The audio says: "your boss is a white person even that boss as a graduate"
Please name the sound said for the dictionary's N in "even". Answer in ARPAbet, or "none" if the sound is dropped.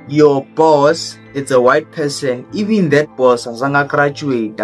N